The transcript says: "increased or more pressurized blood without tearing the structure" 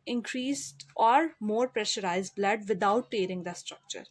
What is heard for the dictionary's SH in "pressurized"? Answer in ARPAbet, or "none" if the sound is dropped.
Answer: SH